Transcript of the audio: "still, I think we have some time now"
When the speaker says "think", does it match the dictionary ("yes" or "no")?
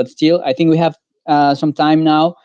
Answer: yes